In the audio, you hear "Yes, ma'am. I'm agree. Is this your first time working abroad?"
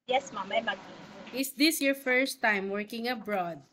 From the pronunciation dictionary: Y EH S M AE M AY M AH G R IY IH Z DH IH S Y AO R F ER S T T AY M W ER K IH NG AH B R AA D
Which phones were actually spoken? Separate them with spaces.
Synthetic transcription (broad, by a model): Y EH S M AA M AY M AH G IY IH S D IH S Y AO R F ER S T T AY M W ER K IH NG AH B R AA D